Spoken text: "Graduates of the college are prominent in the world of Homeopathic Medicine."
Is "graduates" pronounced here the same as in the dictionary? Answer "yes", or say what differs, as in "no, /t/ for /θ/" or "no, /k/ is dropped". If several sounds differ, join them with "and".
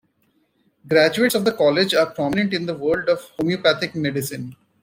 yes